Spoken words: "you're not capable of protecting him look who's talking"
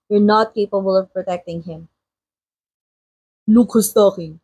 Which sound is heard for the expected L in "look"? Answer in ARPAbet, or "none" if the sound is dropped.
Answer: N